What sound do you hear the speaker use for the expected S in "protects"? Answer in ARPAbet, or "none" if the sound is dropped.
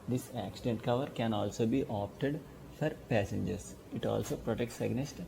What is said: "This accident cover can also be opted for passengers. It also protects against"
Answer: S